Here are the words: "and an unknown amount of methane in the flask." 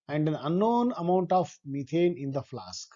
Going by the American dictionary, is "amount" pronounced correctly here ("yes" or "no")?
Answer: yes